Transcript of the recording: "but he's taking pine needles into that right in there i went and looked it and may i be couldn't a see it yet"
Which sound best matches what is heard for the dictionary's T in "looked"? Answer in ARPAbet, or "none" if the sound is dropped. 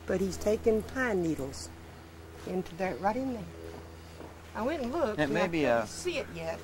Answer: none